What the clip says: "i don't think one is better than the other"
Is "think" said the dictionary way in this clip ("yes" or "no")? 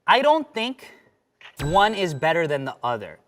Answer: yes